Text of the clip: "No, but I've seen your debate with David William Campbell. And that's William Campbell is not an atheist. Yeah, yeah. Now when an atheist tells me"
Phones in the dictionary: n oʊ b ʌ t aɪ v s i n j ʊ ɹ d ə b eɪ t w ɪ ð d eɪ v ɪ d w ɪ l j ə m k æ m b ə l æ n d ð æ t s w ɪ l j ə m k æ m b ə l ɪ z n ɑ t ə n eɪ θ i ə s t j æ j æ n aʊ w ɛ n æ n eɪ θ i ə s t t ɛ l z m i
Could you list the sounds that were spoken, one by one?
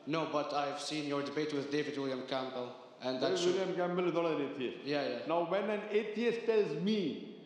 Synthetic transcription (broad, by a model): n oʊ b ʌ t aɪ v s i n j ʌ ɹ d ə b eɪ t w ɪ ð d eɪ v ɪ d w ɪ l j ə m k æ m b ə l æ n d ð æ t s w ɪ l j ə m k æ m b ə l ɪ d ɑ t ə n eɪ t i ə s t j æ j æ n aʊ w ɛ n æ n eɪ t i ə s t t ɛ l z m i